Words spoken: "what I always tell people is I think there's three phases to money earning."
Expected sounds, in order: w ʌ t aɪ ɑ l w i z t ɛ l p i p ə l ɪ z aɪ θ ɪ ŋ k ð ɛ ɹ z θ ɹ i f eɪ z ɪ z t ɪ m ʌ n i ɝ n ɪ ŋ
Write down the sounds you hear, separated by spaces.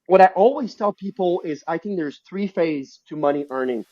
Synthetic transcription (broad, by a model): w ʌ t aɪ ɑ l w i z t ɛ l p i p l ɪ z aɪ θ ɪ ŋ k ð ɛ ɹ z θ ɹ i f eɪ ɪ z t ɪ m ʌ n i ɝ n ɪ ŋ